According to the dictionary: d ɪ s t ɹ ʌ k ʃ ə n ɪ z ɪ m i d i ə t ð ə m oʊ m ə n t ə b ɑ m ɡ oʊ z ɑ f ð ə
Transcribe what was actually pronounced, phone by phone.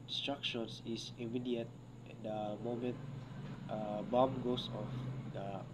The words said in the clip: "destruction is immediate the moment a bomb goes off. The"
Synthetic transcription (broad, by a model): s t ɹ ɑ k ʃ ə n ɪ s ɪ m i d i ə t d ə m oʊ m ə n t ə b ɑ m ɡ oʊ s ɑ f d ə